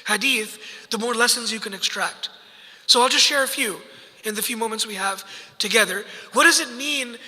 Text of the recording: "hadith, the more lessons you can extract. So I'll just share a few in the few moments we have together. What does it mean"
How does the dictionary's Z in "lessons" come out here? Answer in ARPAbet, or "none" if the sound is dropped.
Z